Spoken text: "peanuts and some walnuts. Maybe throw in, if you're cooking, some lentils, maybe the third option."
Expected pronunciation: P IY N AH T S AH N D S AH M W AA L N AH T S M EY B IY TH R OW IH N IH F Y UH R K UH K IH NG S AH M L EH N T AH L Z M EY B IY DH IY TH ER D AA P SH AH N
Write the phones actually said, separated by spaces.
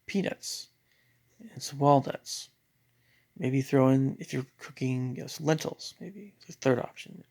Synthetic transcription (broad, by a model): P IY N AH T S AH N S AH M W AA L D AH T S M EY B IY TH R OW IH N IH F Y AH R K UH K IH NG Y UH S L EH N T L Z M EY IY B IY TH ER D AA P SH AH N